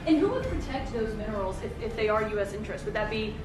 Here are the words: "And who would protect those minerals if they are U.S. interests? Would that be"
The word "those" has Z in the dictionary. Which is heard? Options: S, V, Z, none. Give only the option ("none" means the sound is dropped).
Z